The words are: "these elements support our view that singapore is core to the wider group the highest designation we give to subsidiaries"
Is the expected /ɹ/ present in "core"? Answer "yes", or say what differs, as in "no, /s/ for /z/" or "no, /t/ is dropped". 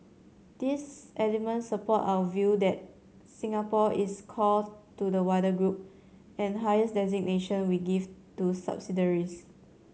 no, /l/ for /ɹ/